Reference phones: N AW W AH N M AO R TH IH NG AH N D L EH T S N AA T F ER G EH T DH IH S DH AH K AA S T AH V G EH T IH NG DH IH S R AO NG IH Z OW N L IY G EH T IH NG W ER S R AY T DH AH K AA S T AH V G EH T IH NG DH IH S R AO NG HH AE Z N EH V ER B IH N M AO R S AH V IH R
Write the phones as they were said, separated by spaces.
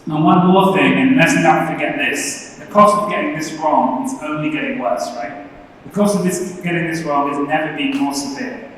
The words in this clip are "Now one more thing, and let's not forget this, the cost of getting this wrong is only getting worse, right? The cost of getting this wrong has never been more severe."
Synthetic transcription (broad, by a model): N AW W AH N M AO R TH IH NG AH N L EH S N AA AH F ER G EH T DH IH S DH AH K AA S T AH V G EH T IH NG DH IH S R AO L IH Z OW N L IY G EH T IH NG W ER S R AY T DH AH K AA S T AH V G EH T IH NG DH IH S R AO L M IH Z N EH V ER B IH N M AO R S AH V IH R